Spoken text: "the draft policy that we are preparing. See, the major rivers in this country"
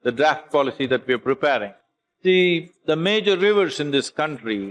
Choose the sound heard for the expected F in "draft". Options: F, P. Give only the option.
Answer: F